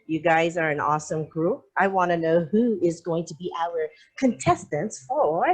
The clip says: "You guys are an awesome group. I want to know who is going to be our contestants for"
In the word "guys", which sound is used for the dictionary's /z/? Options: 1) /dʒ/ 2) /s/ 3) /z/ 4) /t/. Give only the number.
3